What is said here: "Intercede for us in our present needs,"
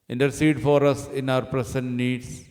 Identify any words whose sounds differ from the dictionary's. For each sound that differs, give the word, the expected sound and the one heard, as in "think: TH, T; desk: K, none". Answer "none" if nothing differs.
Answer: present: Z, S